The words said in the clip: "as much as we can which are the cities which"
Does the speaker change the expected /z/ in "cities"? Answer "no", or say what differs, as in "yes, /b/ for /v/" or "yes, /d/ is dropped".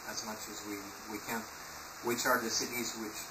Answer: no